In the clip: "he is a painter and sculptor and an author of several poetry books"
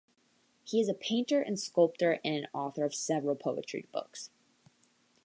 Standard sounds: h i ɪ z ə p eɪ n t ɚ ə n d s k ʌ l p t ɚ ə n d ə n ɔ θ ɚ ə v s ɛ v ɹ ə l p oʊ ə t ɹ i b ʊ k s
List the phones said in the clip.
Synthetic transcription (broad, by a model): h i ɪ z ə p eɪ n t ɚ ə n s k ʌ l p t ɚ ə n ə n ɔ θ ɚ ə v s ɛ v ɹ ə l p oʊ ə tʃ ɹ i b ʊ k s